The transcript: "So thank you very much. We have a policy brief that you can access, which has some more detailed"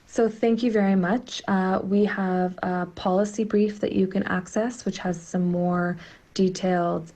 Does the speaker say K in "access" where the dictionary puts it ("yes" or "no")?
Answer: yes